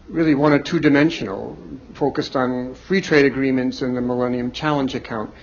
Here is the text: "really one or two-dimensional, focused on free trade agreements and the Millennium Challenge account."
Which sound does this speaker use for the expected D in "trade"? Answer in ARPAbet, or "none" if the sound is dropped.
D